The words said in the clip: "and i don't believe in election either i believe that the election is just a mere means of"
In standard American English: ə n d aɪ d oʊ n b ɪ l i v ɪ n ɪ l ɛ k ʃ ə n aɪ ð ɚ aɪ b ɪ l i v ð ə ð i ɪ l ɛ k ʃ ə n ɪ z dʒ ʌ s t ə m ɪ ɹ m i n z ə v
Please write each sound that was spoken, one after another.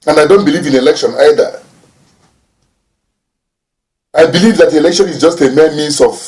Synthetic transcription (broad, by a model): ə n d aɪ d oʊ n b ɪ l i v ɪ n ɪ l ɛ k ʃ ə n aɪ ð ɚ aɪ b ɪ l i v ð ə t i ɪ l ɛ k ʃ ə n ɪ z dʒ ʌ s t ə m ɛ m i n s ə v